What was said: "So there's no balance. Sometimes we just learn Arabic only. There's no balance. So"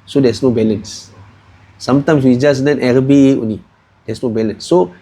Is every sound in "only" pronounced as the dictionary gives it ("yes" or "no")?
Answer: no